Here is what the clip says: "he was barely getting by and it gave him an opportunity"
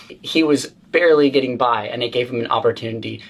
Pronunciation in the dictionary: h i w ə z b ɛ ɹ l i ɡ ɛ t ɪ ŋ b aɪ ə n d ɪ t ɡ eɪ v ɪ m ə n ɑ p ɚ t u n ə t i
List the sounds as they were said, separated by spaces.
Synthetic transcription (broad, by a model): h i w ə z b ɛ ɹ l i ɡ ɛ t ɪ ŋ b aɪ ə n ɪ t ɡ eɪ v ɪ m ə n ɑ p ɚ t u n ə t i